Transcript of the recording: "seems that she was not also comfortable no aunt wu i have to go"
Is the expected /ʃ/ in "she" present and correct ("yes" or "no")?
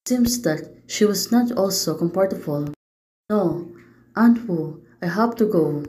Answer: yes